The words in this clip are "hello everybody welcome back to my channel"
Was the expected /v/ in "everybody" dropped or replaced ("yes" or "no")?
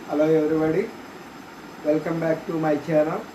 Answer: yes